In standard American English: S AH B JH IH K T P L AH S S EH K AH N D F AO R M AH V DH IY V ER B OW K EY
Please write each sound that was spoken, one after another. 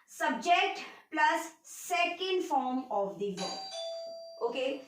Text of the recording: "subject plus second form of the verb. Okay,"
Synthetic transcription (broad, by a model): S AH B JH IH K T P L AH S S EH K AH N D F AO R M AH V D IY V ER OW K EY